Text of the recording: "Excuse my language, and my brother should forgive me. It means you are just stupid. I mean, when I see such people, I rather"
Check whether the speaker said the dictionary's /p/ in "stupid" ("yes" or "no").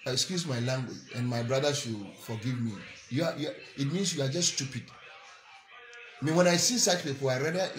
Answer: yes